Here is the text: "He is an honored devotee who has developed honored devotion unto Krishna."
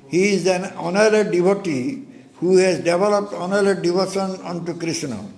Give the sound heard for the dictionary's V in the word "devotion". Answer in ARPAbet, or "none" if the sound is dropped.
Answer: B